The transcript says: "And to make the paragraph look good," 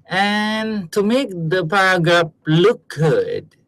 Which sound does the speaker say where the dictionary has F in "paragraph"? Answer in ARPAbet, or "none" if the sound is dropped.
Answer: P